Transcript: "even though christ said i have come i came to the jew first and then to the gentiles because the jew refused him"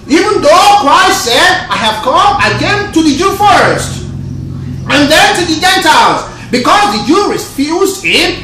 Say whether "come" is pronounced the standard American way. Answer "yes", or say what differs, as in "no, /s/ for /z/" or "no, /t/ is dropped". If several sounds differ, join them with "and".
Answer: yes